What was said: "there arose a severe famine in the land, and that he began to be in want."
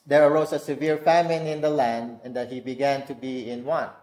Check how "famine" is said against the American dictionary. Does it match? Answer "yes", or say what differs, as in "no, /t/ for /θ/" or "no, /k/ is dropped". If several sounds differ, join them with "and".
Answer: yes